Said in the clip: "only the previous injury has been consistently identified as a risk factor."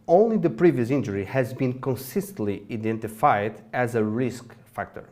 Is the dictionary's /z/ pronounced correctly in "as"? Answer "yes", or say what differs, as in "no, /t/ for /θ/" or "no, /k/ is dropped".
yes